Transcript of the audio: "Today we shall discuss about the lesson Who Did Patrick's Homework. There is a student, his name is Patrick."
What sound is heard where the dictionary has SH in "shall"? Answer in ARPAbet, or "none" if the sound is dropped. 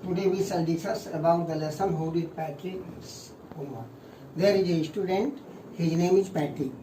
S